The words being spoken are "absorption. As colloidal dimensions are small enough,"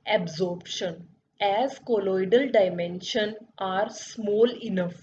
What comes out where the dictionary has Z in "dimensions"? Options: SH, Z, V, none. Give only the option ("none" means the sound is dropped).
none